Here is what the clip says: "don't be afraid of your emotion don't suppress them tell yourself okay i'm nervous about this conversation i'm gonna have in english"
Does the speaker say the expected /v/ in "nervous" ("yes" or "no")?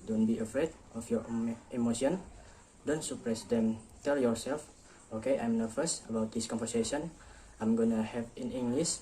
no